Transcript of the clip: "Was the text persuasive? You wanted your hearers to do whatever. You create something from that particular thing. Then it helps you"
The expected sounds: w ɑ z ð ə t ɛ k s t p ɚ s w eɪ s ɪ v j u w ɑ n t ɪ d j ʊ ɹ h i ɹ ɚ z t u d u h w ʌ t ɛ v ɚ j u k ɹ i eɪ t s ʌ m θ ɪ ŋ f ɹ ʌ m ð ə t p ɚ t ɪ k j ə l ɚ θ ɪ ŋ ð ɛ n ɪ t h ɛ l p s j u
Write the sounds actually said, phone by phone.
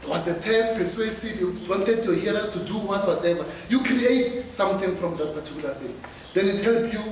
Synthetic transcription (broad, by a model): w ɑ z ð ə t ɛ s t p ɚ s w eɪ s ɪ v j u w ɑ n t ɪ d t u h i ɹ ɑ s t u d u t w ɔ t ɛ v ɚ j u k ɹ i eɪ t s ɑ m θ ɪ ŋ f ɹ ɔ m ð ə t p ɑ t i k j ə l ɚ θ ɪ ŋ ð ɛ n ɪ t h ɛ l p j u